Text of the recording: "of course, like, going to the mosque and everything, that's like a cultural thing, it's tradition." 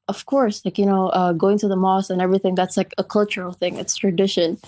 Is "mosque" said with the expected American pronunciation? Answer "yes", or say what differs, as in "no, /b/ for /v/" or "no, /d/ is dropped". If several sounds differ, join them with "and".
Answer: no, /k/ is dropped